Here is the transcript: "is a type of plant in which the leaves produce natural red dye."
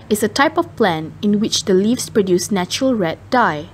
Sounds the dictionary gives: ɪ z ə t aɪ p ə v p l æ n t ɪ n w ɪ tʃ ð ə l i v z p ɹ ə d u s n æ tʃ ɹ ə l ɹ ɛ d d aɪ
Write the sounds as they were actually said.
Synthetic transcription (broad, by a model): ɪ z ə t aɪ p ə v p l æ n ɪ n w ɪ tʃ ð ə l i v s p ɹ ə d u s n æ tʃ ɹ ə l ɹ ɛ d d aɪ